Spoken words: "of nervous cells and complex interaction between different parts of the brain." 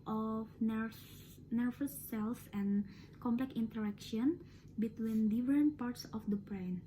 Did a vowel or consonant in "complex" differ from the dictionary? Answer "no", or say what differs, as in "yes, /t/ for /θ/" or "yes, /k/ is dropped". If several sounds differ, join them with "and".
yes, /s/ is dropped